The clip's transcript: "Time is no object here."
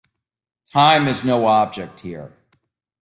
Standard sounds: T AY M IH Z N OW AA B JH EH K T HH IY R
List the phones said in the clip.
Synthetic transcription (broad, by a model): T AY M IH Z N OW AA B JH EH K T HH IY R